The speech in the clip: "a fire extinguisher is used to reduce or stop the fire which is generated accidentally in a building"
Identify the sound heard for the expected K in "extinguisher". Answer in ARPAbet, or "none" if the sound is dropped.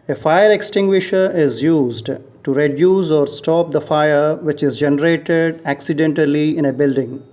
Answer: K